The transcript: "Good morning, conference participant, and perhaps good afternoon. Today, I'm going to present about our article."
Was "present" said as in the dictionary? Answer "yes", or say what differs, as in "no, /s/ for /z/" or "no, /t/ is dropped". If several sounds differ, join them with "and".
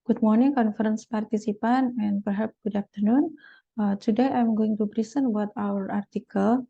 no, /b/ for /p/